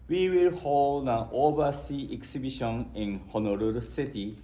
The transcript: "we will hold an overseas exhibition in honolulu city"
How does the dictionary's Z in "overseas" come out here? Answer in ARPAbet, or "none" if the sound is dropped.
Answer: none